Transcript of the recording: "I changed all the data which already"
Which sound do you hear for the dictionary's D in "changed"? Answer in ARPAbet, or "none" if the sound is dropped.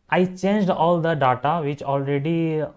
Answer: D